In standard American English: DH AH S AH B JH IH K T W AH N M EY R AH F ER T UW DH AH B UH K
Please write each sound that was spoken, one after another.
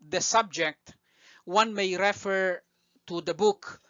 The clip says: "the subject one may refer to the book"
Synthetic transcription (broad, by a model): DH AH S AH B JH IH K T W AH N M EY R AH F ER T UW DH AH B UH K